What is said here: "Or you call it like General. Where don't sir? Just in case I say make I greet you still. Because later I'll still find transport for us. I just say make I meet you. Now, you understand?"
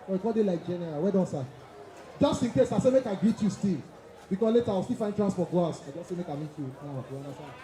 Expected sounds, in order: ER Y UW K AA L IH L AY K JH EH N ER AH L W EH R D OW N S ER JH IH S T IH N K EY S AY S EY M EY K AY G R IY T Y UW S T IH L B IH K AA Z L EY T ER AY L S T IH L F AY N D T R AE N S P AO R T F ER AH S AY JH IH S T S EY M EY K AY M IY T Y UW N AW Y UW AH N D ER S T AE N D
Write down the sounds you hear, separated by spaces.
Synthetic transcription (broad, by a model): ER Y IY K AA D IH L AY K JH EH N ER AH W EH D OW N S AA JH IH S T IH N K EY S AY S EY M EY K AY G R IY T Y UW S T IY L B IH K AA S L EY T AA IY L S T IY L F AY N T R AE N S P AO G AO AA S AY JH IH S S EY M EY K AY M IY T Y UW N AW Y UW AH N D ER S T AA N